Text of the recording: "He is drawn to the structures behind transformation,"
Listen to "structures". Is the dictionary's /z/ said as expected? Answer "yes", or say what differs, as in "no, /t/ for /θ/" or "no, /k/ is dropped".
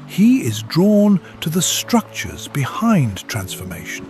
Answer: yes